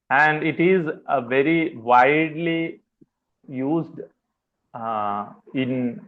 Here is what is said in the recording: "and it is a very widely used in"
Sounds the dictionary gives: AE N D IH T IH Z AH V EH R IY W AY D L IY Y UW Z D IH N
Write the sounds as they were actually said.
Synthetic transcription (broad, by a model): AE N D IH T IH Z V EH R IY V AY D L IY Y UW Z D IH N